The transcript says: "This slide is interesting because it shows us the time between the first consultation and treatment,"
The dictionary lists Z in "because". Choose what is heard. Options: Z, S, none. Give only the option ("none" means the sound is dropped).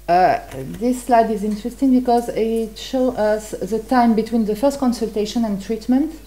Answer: Z